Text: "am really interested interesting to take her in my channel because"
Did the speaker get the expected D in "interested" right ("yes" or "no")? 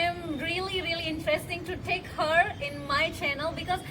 no